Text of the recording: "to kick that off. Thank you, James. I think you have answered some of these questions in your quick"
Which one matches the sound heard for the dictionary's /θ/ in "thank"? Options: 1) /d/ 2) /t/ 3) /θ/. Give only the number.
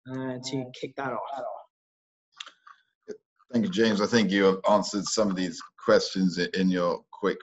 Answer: 3